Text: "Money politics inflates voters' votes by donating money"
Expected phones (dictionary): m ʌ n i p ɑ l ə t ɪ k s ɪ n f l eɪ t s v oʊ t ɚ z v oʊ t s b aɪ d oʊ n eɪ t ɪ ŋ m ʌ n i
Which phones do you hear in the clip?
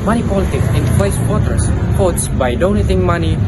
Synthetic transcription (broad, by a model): m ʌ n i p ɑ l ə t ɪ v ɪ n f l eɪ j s w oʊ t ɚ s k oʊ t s b aɪ d oʊ n eɪ t ɪ ŋ m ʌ n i